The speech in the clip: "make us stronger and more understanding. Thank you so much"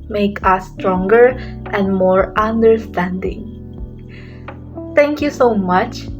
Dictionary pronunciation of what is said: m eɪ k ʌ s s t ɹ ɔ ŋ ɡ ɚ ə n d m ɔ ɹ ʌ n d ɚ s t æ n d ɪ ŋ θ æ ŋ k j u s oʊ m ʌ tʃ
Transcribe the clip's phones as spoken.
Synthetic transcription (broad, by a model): m eɪ k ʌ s s t ɹ ɔ ŋ ɡ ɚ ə n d m ɔ ɹ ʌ n d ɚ s t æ n d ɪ ŋ t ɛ ŋ k j u s oʊ m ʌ tʃ